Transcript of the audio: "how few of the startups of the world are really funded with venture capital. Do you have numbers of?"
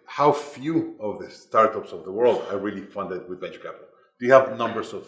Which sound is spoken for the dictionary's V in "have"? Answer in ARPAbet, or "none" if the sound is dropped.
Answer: V